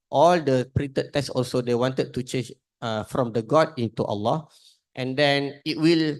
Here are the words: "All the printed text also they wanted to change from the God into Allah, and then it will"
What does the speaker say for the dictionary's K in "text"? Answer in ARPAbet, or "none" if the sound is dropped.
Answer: none